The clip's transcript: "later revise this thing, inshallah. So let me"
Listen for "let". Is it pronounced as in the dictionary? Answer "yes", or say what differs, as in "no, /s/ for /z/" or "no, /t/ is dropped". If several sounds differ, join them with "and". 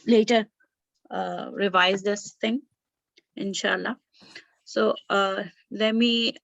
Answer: yes